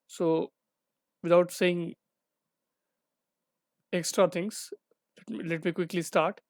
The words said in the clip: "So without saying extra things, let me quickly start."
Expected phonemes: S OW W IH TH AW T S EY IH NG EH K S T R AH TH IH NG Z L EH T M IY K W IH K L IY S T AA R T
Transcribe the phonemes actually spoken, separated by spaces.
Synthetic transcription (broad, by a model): S OW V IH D AW T S EY IH NG EH K S T R AH T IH NG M L EH T M IY K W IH K L IY S T AA R T